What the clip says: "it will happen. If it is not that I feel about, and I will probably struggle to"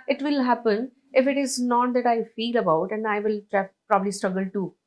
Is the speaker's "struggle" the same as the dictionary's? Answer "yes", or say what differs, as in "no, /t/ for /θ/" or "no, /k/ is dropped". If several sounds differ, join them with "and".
yes